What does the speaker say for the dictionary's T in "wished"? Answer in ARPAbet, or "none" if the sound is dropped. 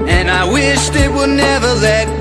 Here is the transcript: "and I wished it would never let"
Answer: T